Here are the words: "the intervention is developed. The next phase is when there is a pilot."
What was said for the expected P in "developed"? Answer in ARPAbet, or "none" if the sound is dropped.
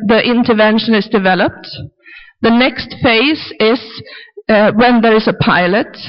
P